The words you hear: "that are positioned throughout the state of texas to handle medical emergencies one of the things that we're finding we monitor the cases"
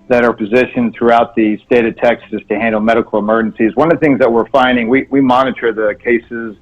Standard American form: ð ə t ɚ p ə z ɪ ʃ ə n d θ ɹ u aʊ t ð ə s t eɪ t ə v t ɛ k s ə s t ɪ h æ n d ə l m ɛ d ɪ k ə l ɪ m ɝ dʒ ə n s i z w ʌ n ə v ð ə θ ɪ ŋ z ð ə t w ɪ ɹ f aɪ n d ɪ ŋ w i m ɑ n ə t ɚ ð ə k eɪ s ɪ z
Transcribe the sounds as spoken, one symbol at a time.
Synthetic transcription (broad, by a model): ð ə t ɚ p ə z ɪ ʃ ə n θ ɹ u aʊ t ð ə s t eɪ t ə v t ɛ k s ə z t ɪ h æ n d l m ɛ d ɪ k l ɪ m ɝ dʒ ə n s i z w ʌ n ə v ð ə θ ɪ ŋ z ð ə t w ɪ ɹ f aɪ n d ɪ ŋ w i m ɑ n ə t ɚ ð ə k eɪ s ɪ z